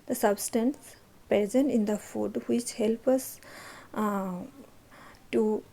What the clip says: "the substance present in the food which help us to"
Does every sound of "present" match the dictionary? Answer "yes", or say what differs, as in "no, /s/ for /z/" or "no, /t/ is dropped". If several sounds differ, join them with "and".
no, /ɹ/ is dropped